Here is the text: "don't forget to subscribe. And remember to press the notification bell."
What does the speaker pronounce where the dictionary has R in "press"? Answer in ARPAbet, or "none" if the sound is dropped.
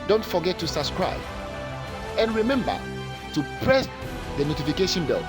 R